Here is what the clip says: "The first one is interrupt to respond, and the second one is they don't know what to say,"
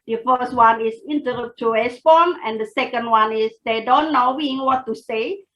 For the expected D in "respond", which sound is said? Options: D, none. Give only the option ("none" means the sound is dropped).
none